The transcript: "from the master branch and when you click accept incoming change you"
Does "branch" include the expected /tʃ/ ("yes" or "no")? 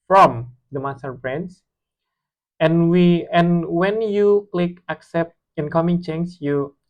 no